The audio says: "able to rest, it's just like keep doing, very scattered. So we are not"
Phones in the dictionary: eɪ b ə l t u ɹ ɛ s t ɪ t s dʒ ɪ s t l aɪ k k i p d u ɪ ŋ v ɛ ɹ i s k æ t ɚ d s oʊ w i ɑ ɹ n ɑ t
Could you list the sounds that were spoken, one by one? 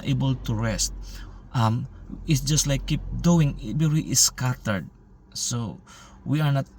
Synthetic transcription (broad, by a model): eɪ b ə l t u ɹ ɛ s t ɪ t s dʒ ɪ s t l aɪ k k i p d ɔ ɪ ŋ b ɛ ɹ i s k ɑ t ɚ d s oʊ w i ɑ ɹ n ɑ t